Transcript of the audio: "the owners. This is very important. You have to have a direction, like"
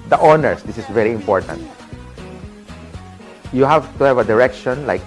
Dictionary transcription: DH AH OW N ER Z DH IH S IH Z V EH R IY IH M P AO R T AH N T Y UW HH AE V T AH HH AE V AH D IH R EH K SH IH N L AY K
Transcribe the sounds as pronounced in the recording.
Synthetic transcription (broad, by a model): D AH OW N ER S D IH S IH S V EH R IY IH M P AO R T AH N T Y UW HH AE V T AH HH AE V AH D IH R EH K SH IH N L AY K